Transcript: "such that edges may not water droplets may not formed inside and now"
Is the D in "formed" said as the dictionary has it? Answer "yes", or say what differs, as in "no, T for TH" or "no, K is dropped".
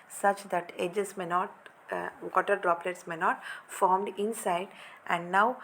yes